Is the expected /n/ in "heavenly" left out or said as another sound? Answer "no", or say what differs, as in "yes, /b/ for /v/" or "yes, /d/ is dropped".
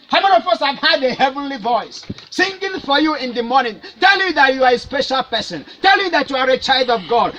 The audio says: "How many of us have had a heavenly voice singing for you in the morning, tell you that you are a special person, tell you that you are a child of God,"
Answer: no